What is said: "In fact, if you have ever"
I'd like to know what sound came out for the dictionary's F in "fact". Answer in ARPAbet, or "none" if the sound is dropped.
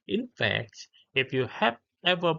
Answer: F